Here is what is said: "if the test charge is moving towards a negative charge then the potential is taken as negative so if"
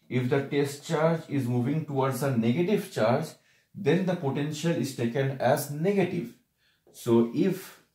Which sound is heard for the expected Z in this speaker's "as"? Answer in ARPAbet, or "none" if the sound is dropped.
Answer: Z